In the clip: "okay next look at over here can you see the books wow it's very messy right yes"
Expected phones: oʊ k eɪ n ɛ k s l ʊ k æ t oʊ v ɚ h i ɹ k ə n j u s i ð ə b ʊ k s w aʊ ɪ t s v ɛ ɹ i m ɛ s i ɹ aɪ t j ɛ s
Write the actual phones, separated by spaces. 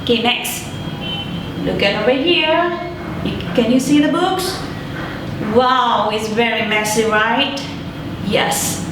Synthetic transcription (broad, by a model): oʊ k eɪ n ɛ k s l ʊ k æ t oʊ v ɚ h i ɹ k ə n j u s i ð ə b ʊ k s w aʊ ɪ t s v ɛ ɹ i m ɛ s i ɹ aɪ t j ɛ s